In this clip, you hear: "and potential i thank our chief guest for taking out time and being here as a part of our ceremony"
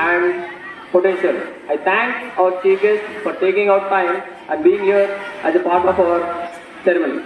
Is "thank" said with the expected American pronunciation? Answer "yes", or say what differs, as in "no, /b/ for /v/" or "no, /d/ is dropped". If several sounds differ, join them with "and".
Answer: no, /t/ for /θ/